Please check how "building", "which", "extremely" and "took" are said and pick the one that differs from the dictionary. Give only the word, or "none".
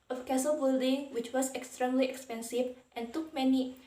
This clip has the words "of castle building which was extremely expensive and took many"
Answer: none